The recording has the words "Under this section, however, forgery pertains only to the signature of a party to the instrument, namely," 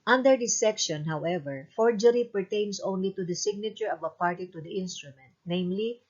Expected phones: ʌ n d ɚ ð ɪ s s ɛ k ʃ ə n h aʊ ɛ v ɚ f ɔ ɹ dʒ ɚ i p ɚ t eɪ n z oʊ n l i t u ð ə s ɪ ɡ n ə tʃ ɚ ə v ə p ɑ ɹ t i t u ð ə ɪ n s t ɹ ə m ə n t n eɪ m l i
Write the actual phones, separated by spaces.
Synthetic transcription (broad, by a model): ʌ n d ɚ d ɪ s s ɛ k ʃ ə n h aʊ ɛ v ɚ f ɔ ɹ dʒ ɚ i p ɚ t eɪ n s oʊ n l i t u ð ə s ɪ ɡ n ə tʃ ɚ ə v ə p ɑ ɹ t i t u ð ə ɪ n s t ɹ ə m ə n t n eɪ m l i